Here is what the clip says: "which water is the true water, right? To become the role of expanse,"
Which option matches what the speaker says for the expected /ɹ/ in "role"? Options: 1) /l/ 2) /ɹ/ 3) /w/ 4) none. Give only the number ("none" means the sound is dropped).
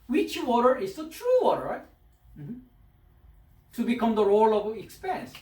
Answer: 2